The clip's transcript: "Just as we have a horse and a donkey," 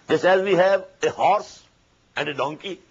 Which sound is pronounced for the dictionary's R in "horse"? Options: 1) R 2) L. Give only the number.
1